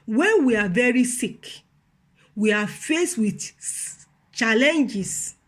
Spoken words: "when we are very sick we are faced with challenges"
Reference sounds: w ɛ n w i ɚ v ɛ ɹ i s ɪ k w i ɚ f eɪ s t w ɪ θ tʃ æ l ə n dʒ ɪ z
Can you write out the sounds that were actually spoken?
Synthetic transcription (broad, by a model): w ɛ n w i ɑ v ɛ ɹ i s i k w i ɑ f eɪ s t w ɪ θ tʃ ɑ l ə n dʒ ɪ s